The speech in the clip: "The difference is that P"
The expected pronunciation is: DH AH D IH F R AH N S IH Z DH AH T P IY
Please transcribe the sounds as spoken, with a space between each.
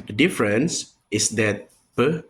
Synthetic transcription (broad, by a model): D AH D IH F R AH N S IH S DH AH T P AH